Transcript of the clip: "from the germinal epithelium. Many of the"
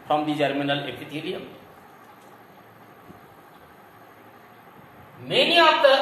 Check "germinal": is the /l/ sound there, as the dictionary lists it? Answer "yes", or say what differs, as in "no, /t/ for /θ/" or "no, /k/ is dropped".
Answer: yes